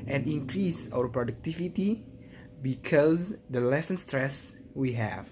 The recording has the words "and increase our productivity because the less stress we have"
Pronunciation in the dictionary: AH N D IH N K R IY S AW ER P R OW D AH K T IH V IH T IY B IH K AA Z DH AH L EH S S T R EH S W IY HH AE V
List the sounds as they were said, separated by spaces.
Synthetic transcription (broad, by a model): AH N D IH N K R IY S AW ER P R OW D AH K T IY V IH T IY B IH K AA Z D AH L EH S S T R EH S W IY HH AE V